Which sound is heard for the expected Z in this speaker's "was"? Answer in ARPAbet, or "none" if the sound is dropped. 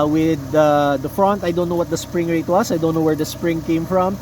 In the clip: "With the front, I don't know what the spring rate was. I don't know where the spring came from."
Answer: S